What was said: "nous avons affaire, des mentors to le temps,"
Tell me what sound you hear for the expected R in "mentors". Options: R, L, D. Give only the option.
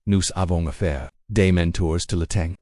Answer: R